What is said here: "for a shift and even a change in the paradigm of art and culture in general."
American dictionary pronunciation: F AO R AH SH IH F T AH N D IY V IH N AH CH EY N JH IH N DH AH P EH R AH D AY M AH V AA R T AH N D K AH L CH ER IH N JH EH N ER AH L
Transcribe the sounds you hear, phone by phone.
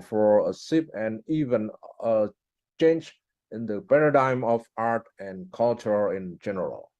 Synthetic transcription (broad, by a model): F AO R AH S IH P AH N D IY V IH N AH CH EY N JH IH N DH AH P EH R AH D AY M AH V AA R T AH N K AH L CH ER IH N JH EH N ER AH L